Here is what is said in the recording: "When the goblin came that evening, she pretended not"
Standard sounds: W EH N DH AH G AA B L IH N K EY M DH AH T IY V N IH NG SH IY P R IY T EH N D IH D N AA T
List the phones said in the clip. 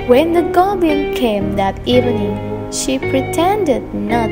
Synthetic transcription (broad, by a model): W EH N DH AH G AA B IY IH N K EY M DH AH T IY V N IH SH IY P R IY T EH N D IH D N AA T